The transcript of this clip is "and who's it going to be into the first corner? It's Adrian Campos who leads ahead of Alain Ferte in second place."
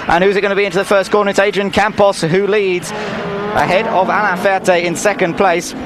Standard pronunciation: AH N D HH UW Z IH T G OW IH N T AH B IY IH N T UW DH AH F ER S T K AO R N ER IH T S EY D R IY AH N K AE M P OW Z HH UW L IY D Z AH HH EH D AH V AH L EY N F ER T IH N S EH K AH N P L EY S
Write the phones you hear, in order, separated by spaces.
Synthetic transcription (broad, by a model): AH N HH UW Z IH T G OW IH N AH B IY IH N T UW DH AH F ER S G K AO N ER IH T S EY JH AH N K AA M P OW S HH UW L IY D Z AH HH EH D AH V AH N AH F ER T IH N S EH K AH N P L EY S